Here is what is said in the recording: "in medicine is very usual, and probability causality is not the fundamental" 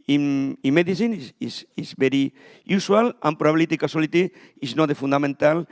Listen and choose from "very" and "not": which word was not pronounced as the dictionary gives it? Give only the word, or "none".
very